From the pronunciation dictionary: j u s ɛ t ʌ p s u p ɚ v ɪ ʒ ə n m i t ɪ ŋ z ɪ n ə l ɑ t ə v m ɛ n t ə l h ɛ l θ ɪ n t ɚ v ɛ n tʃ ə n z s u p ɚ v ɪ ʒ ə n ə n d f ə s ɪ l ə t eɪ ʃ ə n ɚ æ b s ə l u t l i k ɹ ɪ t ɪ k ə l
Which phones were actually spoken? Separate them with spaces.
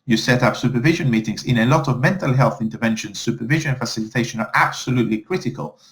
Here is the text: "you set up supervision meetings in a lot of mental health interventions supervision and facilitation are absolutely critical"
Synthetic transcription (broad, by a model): j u s ɛ t ʌ p s u p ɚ v ɪ ʒ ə n m i t ɪ ŋ z ɪ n ə l ɑ t ə v m ɛ n t ə l h ɛ l θ ɪ n t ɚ v ɛ n ʃ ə n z s u p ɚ v ɪ ʒ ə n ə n f ə s ɪ l ə t eɪ ʃ ə n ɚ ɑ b s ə l u t l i k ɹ ɪ t ɪ k ə l